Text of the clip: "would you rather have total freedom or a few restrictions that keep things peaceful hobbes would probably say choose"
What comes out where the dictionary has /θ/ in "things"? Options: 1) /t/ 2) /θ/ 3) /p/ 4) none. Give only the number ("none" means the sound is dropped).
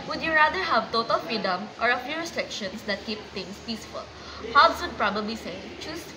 1